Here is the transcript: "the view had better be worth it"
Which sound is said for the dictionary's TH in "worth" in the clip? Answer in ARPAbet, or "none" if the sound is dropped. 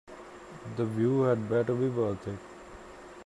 T